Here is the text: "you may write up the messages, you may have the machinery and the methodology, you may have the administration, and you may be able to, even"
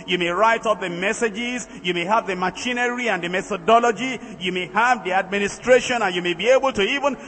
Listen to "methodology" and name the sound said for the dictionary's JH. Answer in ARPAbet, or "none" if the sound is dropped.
JH